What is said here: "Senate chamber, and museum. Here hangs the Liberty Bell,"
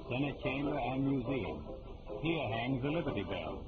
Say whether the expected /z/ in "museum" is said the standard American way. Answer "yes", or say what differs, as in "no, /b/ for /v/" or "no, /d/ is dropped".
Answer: yes